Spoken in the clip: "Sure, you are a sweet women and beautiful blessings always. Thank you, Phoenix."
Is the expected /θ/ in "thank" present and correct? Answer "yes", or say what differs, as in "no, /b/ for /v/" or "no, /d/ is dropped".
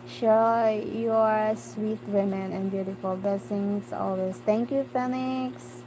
no, /t/ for /θ/